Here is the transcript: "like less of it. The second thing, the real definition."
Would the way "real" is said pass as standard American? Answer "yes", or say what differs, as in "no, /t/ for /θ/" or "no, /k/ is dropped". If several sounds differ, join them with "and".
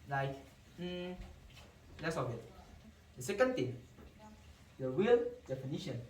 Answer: no, /w/ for /ɹ/